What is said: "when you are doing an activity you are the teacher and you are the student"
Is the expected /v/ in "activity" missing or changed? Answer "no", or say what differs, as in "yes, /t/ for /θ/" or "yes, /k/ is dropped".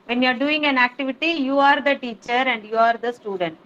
no